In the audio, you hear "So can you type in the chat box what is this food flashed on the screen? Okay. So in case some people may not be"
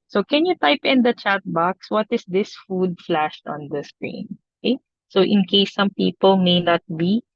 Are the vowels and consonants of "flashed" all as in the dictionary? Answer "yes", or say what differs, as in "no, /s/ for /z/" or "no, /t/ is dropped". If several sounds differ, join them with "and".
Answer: yes